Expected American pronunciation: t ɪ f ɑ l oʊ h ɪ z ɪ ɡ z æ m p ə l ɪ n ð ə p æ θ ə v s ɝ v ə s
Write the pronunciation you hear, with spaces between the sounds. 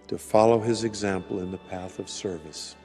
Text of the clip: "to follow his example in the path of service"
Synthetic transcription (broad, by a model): t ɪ f ɑ l oʊ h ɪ z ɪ ɡ z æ m p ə l ɪ n ð ə p æ θ ə v s ɝ v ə s